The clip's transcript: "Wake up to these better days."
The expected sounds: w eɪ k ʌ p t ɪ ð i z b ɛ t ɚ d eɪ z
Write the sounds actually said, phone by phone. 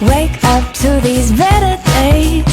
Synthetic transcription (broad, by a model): w eɪ k ʌ p t ɪ ð i z b ɛ t ɚ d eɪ